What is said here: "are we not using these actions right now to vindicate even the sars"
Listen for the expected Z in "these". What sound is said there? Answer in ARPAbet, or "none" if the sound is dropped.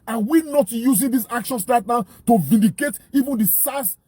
S